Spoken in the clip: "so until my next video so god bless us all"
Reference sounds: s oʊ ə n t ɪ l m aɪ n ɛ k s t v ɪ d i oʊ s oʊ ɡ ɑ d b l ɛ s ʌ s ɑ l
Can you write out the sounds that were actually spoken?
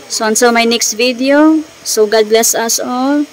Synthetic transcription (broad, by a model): s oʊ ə n s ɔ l m aɪ n ɛ k s t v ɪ d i oʊ s oʊ ɡ ɑ d b l ɛ s ʌ s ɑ l